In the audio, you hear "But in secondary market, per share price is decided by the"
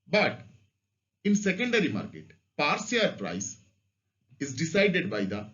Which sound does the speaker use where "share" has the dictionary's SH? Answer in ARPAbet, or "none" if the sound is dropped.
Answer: S